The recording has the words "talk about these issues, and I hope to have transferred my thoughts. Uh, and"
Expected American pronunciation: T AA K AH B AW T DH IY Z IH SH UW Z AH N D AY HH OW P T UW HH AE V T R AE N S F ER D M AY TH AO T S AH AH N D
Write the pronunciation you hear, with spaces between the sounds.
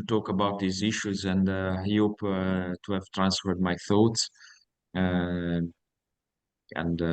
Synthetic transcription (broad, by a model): T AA K AH B AW T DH IY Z IH SH UW Z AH N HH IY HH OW P T UW HH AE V T R AE N S F ER D M AY TH AO T S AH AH N D